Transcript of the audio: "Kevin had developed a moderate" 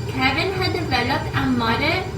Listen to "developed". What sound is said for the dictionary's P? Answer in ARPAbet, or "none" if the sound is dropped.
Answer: none